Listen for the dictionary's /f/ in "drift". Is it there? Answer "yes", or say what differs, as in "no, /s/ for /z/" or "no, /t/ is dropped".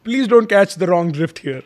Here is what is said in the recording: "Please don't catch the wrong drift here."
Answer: yes